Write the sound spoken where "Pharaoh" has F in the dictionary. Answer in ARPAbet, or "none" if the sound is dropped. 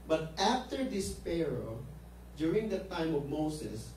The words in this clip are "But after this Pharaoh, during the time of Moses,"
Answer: P